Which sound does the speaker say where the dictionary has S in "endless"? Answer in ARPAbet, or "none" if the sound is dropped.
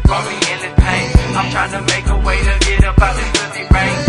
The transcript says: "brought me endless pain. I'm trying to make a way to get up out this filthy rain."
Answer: none